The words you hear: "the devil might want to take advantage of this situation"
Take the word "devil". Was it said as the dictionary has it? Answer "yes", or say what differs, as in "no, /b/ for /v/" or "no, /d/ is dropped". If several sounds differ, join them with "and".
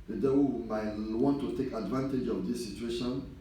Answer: no, /w/ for /v/